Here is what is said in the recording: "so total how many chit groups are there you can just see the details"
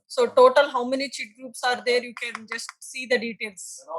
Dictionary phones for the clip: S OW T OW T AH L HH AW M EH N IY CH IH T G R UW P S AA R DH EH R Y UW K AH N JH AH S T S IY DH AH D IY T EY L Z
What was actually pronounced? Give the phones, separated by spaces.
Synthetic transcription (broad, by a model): S OW T OW T AH L HH AW M EH N IY CH IH T G R UW P S AA R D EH R Y UW K AH N JH AH S T S IY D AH D IY T EY L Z